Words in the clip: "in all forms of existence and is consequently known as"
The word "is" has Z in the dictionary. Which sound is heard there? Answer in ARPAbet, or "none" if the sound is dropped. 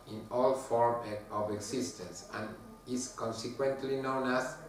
S